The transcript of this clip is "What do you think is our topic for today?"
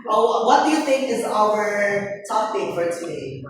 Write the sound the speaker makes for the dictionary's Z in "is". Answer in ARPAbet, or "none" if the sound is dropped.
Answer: Z